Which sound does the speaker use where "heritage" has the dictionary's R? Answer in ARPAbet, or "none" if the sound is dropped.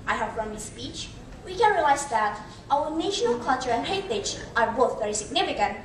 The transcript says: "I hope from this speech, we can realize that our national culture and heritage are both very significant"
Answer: none